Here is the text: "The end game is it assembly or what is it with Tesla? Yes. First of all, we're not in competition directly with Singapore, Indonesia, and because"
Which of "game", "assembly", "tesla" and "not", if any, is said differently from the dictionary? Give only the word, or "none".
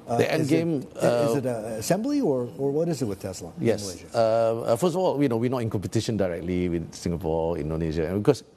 none